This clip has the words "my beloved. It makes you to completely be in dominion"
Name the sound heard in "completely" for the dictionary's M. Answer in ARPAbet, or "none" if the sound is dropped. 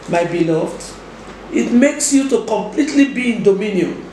M